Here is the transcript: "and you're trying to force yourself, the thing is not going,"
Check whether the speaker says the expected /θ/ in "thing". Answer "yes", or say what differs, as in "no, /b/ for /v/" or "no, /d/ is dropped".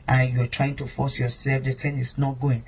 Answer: no, /t/ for /θ/